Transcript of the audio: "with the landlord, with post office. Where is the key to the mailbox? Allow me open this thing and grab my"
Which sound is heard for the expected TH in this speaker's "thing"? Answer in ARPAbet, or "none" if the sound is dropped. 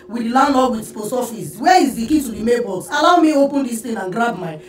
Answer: T